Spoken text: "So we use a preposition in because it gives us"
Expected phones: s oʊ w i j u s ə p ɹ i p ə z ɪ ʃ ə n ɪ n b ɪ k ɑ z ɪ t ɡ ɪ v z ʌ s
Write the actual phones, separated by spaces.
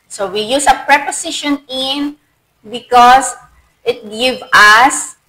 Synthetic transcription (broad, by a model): s oʊ w i j u s ə p ɹ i p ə s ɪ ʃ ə n ɪ n b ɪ k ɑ s ɪ t ɡ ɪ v ʌ s